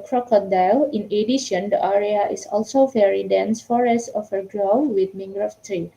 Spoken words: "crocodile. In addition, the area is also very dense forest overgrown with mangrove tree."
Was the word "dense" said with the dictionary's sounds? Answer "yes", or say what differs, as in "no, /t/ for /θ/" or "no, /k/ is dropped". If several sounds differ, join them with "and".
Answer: yes